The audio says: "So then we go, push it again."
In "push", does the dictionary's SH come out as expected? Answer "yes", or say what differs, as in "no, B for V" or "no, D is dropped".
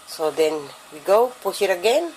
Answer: no, S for SH